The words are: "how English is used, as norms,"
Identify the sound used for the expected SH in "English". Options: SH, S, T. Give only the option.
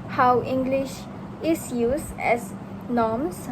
SH